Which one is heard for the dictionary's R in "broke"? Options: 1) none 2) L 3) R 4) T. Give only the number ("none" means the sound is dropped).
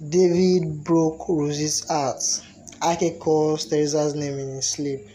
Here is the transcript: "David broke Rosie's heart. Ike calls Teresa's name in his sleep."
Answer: 3